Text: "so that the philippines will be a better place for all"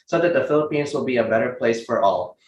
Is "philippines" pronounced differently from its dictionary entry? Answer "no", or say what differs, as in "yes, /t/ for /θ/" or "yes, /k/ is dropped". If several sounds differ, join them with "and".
no